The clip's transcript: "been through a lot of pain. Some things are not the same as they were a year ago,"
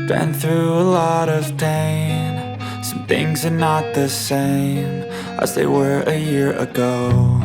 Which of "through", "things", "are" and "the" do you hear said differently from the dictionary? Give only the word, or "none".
none